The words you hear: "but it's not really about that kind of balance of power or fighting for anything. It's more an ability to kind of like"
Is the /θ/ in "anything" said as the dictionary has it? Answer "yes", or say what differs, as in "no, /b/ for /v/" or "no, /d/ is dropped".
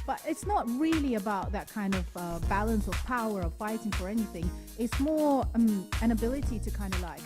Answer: yes